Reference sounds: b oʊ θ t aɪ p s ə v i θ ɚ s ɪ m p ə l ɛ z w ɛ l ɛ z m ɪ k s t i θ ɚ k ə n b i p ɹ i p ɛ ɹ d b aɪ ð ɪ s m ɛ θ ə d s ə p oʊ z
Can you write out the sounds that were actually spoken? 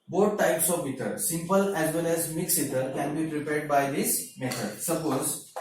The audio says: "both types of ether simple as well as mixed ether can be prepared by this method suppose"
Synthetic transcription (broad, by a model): b oʊ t t aɪ p s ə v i t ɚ s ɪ m p ə l ɛ z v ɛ l ɛ z m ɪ k s i t ɚ k ə n b i p ɹ i p ɛ ɹ d b aɪ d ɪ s m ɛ t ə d s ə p oʊ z